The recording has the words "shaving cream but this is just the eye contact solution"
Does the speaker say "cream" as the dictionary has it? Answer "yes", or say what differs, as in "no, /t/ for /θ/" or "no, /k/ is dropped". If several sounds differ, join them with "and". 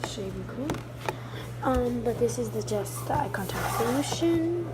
no, /l/ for /ɹ/